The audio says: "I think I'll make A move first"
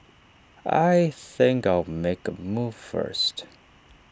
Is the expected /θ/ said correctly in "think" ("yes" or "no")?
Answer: yes